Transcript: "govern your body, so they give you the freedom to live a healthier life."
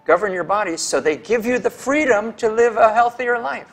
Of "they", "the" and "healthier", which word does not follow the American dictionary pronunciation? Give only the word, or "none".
none